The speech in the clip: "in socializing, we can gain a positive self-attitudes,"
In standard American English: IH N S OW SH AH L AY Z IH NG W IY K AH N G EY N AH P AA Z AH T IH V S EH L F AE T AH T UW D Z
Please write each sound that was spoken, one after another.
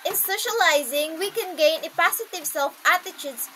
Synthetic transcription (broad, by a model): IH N S OW SH AH L AY Z IH NG W IY K AH N G EY N AH P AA S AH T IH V S EH L F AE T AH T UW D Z